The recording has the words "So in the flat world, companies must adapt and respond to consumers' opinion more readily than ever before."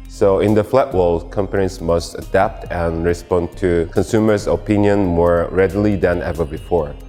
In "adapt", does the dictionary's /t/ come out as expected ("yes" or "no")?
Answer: yes